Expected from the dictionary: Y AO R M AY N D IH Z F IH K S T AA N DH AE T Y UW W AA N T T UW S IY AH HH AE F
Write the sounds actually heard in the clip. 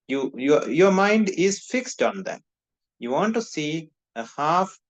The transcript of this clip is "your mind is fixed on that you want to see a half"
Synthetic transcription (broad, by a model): Y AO R M AY N D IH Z F IH K S T AA N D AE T Y UW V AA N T T UW S IY AH HH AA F